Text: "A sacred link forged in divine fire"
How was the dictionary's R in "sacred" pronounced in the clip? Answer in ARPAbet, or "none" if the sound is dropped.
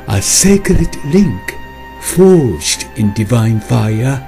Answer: L